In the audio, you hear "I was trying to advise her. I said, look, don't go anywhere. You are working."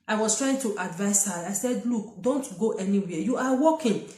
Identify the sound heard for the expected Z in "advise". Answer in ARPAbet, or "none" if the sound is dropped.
S